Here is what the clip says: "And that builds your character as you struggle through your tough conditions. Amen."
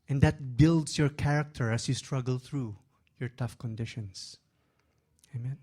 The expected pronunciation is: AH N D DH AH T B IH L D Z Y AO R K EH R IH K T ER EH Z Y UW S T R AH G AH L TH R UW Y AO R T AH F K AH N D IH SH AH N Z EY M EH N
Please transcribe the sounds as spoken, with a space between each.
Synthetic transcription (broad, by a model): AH N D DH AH T B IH L D S Y AO R K EH R IH K T ER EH S Y UW S T R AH G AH L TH R UW Y AO R T AH F K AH N D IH SH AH N S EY M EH N